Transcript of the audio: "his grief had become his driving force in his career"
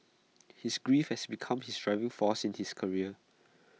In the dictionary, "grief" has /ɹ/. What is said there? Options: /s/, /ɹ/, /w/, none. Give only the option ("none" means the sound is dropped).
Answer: /ɹ/